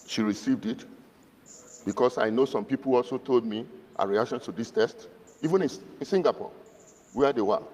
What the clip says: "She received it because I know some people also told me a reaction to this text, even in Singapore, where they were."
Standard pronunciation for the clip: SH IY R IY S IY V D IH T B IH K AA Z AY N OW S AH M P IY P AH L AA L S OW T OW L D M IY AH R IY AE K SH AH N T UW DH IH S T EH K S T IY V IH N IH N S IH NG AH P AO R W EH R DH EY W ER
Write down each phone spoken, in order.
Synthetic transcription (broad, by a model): SH IY R IY S IY V D IH T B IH K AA S AY N OW S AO M P IY P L AA L S OW T OW L D M IY AH R IY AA K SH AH N T UW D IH S T EH S T IY V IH N IH N S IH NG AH P AO W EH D EY W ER